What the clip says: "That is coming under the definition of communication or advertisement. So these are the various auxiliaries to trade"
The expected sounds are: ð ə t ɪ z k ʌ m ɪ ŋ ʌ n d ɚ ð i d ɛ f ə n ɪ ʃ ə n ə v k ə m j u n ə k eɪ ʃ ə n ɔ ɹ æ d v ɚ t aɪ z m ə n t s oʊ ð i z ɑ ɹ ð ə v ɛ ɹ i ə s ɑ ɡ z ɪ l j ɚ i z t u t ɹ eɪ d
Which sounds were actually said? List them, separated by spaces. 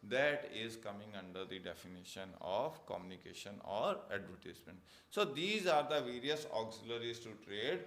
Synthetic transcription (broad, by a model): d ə t ɪ z k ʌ m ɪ ŋ ʌ n d ɚ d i d ɛ f ə n ɪ ʃ ə n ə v k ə m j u n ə k eɪ ʃ ə n ɔ ɹ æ d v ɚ t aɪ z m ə n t s oʊ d i z ɑ ɹ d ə v ɛ ɹ i ə s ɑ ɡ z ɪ l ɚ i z t u t ɹ eɪ d